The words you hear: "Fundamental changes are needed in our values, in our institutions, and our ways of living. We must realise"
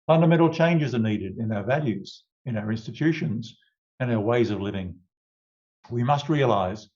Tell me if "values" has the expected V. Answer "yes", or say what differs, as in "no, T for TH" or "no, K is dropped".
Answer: yes